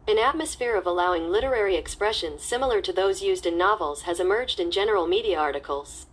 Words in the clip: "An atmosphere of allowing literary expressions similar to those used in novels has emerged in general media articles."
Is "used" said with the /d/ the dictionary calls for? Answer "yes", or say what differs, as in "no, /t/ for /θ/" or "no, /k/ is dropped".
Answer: yes